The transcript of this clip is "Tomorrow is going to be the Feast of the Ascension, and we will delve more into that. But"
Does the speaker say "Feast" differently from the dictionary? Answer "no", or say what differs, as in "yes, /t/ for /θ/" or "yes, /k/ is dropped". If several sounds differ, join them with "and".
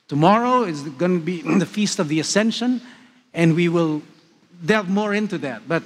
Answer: no